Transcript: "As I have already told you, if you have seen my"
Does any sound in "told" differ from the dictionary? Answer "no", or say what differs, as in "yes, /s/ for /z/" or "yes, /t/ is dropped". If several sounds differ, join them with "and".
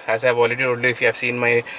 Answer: yes, /l/ is dropped